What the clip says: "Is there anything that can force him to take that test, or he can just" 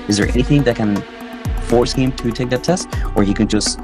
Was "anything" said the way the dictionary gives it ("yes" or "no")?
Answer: yes